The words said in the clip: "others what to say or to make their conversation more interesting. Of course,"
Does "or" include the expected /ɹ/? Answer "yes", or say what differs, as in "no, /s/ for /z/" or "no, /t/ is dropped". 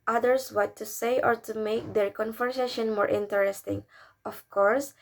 yes